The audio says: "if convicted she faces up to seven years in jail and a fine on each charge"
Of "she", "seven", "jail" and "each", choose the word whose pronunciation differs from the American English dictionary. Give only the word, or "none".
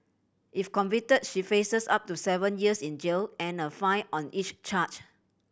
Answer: none